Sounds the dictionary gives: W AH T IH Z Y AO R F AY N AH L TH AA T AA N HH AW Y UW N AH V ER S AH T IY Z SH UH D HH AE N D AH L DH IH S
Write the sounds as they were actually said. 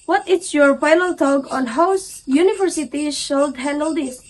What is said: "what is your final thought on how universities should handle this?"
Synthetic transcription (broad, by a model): W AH T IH S Y AO R P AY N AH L T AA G AA N HH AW Y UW N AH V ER S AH T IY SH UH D HH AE N D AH L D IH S